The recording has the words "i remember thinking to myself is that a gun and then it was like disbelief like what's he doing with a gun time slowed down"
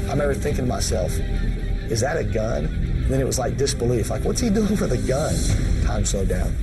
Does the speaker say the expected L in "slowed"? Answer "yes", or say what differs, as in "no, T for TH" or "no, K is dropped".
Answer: no, L is dropped